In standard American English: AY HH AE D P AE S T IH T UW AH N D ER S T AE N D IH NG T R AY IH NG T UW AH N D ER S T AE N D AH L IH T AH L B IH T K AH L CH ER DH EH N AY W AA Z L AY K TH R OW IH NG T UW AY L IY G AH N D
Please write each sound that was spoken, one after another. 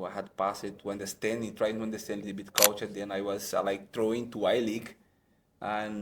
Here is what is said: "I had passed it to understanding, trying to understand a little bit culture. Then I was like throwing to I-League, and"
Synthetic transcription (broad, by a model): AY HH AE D P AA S IH T UW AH N D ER S T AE N D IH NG T R AY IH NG T UW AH N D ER S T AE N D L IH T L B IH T K AH L CH ER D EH N AY W AA Z L AY K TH R OW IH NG T UW AY L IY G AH N